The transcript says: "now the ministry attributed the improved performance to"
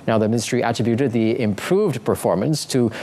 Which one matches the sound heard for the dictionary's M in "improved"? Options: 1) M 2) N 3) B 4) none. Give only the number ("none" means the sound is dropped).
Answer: 1